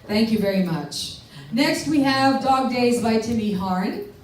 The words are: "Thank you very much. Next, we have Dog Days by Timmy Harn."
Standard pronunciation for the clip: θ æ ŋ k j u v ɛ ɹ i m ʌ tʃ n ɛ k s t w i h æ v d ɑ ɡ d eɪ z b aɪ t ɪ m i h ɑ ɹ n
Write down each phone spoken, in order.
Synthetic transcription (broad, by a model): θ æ ŋ k j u v ɛ ɹ i m ʌ tʃ n ɛ k s t w i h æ v d ɑ ɡ d eɪ z b aɪ t ɪ m i h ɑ ɹ n